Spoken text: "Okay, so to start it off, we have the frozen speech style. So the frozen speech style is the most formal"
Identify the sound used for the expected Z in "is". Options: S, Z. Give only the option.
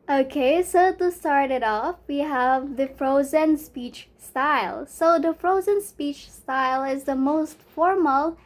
Z